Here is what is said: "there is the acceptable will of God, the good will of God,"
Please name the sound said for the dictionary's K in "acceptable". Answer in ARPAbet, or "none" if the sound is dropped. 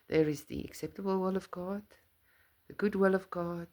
K